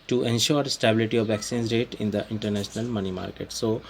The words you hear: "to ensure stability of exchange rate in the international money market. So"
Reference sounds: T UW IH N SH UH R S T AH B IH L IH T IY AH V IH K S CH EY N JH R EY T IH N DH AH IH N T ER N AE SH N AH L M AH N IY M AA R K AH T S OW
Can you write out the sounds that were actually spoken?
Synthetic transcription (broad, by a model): T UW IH N SH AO R S T AH B IH L IH T IY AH V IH K S IY N Z R EY T IH N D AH IH N T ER N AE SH N AH L M AH N IY M AA R K AH T S OW